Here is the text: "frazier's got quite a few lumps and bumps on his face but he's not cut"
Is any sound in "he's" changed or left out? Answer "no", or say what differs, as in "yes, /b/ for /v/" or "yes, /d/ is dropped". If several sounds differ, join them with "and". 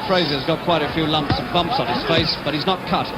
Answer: no